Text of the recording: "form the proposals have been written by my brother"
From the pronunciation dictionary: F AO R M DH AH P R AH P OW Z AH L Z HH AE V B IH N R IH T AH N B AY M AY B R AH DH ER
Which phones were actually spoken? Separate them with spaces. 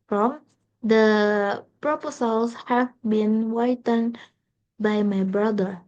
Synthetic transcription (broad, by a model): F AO M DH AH P R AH P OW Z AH L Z HH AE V B IH N W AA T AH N B AY M AY B R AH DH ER